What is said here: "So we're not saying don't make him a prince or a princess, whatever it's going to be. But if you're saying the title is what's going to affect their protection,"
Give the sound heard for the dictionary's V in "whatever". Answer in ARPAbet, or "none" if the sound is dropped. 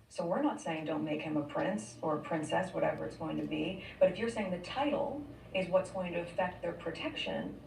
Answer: V